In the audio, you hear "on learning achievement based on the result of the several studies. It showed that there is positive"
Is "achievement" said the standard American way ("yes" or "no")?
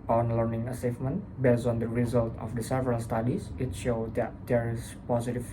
no